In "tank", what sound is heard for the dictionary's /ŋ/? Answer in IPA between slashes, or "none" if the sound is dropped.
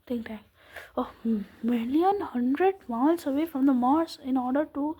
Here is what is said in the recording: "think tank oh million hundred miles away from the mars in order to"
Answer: none